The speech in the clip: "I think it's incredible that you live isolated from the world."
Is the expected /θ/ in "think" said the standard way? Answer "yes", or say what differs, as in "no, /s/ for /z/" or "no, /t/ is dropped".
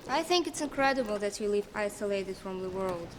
yes